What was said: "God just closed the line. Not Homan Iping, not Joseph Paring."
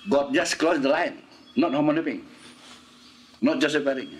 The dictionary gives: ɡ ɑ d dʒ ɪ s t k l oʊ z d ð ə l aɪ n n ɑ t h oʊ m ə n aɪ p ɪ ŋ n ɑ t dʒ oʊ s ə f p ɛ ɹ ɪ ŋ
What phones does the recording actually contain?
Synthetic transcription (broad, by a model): ɡ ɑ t dʒ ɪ s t k l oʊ s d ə l aɪ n n ɑ t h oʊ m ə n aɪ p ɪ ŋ n ɑ t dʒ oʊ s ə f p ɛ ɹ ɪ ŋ